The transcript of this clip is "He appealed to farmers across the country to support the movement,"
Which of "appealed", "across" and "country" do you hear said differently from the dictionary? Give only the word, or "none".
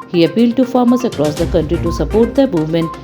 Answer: none